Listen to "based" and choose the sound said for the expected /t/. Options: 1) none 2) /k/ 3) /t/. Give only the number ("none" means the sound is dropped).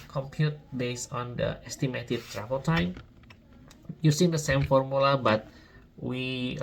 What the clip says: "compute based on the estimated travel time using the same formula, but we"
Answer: 1